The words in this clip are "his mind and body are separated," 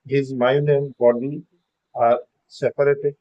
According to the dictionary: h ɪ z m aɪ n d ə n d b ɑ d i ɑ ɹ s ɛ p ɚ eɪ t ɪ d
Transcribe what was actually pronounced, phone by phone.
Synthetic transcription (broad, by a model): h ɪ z m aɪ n ə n b ɑ d i ɑ ɹ s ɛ p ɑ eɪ t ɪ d